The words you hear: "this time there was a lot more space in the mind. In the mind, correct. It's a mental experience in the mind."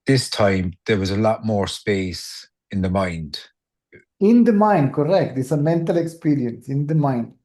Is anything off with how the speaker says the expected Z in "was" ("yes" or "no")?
no